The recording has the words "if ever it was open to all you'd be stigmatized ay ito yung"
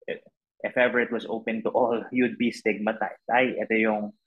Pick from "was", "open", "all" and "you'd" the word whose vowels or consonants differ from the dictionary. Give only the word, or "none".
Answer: was